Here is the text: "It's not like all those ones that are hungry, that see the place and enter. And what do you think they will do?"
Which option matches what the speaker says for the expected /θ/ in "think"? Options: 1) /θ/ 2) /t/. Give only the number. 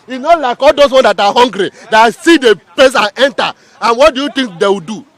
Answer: 2